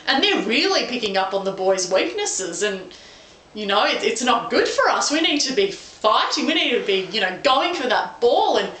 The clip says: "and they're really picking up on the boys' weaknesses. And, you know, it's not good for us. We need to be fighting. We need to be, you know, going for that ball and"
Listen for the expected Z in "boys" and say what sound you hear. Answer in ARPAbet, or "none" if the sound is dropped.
Z